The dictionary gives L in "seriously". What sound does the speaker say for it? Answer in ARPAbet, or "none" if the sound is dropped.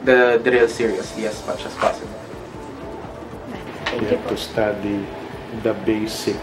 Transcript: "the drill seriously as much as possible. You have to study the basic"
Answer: none